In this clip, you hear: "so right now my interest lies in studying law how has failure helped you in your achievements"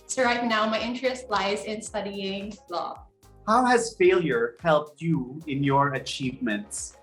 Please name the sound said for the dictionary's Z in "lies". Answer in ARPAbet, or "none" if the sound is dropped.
Z